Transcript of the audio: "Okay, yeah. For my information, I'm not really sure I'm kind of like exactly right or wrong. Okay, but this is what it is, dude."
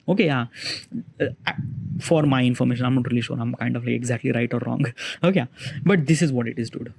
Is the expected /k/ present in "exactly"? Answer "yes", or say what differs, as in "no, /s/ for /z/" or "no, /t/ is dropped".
yes